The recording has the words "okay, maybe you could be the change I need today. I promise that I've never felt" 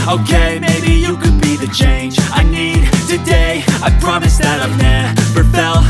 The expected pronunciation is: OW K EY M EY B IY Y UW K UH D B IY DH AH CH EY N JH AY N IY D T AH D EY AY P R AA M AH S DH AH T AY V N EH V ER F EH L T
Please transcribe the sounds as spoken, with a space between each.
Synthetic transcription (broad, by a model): OW K EY M EY B IY Y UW K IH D B IY DH AH CH EY N JH AY N IY D T AH D EY AY P R AA M AH S DH AH T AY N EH P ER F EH L